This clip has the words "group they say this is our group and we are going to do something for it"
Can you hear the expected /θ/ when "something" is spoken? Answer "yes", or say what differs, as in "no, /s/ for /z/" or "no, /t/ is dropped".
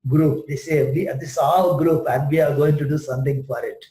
no, /t/ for /θ/